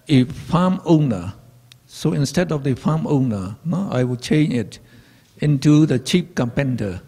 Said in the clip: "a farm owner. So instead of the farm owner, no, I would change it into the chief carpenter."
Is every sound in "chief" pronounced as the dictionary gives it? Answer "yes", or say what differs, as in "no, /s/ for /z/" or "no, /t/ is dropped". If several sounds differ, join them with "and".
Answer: no, /p/ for /f/